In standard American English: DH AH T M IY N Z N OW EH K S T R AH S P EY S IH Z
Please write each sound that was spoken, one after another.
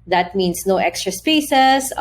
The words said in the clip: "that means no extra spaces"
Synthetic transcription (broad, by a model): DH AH T M IY N S N OW EH K S T R AH S P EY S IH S